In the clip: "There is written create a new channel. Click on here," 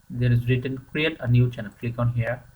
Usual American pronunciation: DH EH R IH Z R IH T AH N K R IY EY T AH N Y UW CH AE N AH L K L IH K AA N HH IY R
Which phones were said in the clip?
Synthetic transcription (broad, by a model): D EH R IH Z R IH T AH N K R IY EY T AH N Y UW CH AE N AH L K L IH K AA N HH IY R